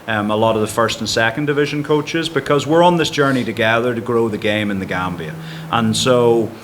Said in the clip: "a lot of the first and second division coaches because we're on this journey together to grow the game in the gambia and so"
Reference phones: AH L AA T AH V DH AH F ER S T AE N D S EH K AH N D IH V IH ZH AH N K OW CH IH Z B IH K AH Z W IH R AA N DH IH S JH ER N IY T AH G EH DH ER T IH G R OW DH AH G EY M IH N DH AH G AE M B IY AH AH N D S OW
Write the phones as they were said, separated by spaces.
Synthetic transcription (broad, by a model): AH L AA T AH V DH AH F ER S T N S EH K AH N D IH V IH ZH AH N K OW CH IH Z B IH K AH Z W IH R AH N DH IH S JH ER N IY T AH G EH DH ER T IH G R OW DH AH G EY M IH N DH AH G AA M B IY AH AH N S OW